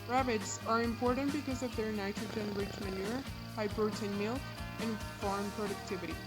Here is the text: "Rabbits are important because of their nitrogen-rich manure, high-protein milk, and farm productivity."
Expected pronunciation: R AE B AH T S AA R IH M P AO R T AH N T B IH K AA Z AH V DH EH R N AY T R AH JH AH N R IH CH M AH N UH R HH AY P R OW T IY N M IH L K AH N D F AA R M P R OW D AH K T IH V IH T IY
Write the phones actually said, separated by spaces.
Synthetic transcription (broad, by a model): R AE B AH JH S AA R IH M P AO R T AH N T B IH K AA Z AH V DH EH R N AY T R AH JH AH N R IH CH M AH N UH R HH AY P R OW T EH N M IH L AH N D F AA R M P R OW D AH K T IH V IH T IY